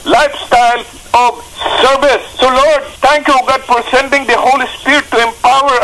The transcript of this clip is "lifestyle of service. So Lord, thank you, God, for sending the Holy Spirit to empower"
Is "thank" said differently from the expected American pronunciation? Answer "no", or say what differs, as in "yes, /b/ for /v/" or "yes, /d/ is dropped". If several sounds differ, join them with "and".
yes, /t/ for /θ/